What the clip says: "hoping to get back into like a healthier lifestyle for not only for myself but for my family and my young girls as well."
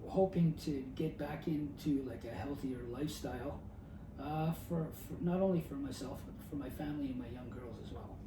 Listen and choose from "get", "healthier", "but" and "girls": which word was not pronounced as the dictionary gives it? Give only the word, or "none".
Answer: none